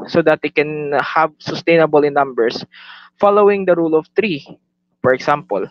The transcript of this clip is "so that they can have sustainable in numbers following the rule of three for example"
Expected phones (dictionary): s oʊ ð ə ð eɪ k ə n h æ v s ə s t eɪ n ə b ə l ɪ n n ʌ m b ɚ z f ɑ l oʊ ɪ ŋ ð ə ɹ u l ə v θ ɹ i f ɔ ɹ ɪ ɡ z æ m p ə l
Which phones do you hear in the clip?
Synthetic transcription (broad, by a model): s oʊ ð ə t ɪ k ə n h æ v s ə s t eɪ n ə b ə l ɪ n n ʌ m b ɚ s f ɑ l oʊ ɪ ŋ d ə ɹ u l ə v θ ɹ i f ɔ ɹ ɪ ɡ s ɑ m p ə l